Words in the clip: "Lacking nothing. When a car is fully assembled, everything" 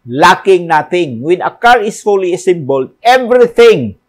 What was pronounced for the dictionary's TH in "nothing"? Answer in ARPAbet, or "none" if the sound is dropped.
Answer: T